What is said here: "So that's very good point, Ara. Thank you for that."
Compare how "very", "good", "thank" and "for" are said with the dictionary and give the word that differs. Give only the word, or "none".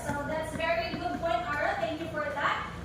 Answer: thank